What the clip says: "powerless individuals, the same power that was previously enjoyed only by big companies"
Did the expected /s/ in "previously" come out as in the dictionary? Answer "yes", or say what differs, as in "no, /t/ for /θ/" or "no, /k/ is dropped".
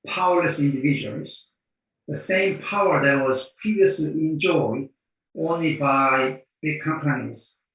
yes